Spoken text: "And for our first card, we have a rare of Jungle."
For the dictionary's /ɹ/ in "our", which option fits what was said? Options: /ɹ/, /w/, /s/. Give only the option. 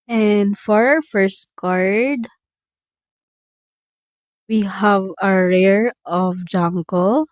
/ɹ/